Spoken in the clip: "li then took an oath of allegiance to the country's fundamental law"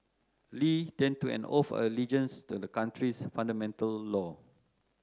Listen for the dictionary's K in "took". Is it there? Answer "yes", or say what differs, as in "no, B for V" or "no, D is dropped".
no, K is dropped